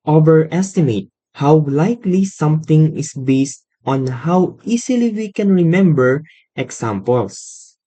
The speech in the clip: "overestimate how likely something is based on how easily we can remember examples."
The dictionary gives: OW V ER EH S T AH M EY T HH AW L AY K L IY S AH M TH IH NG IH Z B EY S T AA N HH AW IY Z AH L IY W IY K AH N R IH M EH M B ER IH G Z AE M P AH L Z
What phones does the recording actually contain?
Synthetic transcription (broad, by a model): OW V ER EH S T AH M EY T HH AW L AY K L IY S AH M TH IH NG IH S B EY S T AA N HH AW IY S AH L IY W IY K AH N R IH M EH M B ER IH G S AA M P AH L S